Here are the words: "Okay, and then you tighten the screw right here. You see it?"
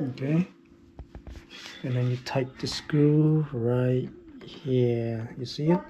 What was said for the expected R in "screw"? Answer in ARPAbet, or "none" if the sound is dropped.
none